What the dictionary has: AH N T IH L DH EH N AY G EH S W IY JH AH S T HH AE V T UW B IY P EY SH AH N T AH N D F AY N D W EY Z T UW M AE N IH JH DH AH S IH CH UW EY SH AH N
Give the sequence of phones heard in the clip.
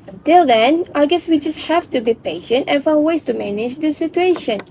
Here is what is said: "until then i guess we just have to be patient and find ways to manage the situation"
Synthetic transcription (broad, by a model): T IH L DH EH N AY G EH S W IY JH AH S T HH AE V T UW B IY P EY SH AH N T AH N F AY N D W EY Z T UW M AE N IH JH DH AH S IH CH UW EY SH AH N